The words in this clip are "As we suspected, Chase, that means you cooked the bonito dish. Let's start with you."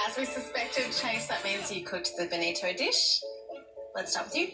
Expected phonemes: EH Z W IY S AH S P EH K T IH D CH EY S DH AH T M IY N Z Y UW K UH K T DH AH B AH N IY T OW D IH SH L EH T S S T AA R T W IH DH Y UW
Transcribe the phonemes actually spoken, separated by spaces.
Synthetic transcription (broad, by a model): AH Z W IY S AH S P EH K T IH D CH EY S DH AH T M IY N Z Y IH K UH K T DH AH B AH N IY T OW D IH SH L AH T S S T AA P W IH DH Y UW